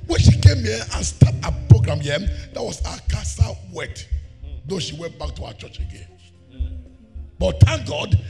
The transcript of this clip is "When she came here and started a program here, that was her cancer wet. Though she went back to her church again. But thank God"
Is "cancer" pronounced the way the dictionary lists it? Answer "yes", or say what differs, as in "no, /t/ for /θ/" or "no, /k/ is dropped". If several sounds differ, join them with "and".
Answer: no, /n/ is dropped